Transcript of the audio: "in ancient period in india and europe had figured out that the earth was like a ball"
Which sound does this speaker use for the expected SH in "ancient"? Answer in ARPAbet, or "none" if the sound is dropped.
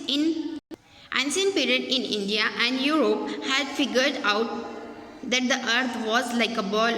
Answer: S